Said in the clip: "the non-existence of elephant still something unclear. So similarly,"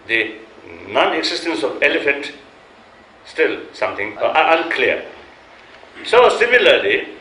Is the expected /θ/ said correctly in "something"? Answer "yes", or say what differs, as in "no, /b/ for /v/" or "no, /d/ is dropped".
no, /t/ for /θ/